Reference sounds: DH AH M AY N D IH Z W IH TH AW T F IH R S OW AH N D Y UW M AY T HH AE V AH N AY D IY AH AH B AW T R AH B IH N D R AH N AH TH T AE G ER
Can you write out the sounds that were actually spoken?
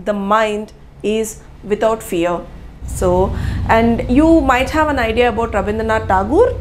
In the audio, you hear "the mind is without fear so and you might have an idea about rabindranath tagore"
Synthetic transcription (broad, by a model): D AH M AY N D IH Z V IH T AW T F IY R S OW AH N D Y UW M AY T HH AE V AH N AY D IY AH AH B AW T R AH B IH N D AH N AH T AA G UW